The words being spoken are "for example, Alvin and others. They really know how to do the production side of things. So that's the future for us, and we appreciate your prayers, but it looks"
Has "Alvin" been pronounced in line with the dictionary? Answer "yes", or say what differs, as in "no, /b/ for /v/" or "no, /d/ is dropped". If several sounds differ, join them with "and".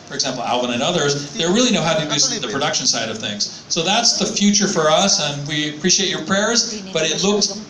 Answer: no, /w/ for /v/